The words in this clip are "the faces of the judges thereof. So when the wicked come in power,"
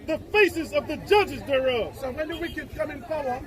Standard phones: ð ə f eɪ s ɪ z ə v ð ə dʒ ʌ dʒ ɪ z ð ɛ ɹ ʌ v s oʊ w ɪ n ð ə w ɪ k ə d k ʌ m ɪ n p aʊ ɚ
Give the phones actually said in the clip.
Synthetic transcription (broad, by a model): ð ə f eɪ s ɪ z ə v ð ə dʒ ʌ dʒ ɪ z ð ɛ ɹ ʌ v s oʊ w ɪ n ð ə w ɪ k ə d k ʌ m ɪ n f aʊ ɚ